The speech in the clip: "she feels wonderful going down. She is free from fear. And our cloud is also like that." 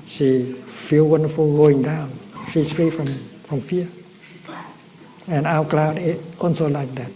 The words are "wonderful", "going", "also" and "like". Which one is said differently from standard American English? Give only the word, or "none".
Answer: also